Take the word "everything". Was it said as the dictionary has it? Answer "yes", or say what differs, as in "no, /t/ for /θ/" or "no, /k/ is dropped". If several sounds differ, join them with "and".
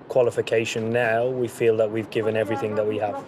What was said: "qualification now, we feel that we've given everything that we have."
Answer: yes